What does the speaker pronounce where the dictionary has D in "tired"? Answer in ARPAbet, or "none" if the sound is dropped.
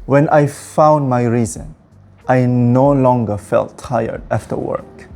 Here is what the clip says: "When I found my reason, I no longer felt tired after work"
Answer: D